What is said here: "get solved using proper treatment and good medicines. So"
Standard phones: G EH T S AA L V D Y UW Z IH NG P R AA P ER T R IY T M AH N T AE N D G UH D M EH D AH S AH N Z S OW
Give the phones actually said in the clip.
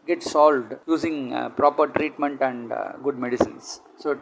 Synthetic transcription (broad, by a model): G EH T S AA L V D Y UW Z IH NG P R AA P ER T R IY T M AH N T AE N D G UH D M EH D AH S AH N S S OW